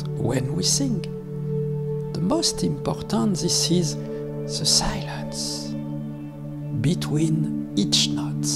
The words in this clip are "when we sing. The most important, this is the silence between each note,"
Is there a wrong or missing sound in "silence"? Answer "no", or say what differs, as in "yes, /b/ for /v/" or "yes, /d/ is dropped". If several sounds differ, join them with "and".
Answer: no